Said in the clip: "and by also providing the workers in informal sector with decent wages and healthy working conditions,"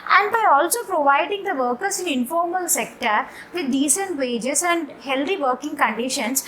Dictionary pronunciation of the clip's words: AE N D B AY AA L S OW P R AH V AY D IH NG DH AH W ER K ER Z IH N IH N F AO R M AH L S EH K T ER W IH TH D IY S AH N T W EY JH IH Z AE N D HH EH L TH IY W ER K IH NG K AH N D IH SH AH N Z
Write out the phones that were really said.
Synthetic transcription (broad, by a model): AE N D B AY AA L S OW P R AH V AY D IH NG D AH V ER K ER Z IH N IH N F AO R M AH L S EH K T ER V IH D D IY S AH N T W EY JH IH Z AE N D HH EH L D IY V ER K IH NG K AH N D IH SH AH N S